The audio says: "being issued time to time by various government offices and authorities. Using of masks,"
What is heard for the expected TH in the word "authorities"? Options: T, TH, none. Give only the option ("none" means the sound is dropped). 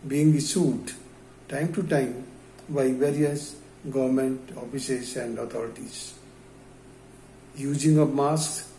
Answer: T